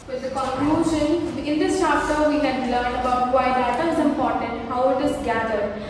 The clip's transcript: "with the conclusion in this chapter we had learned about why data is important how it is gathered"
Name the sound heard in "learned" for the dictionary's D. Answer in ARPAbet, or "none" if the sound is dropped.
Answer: none